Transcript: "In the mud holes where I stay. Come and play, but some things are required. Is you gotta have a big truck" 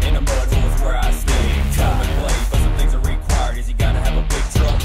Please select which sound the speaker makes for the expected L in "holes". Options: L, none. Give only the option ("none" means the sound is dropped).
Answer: none